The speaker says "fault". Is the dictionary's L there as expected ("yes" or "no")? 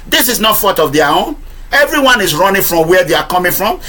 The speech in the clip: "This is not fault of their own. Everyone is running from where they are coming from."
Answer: no